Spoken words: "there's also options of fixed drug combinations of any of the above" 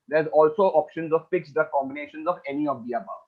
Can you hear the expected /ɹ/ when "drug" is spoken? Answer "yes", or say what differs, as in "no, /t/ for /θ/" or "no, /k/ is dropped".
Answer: no, /ɹ/ is dropped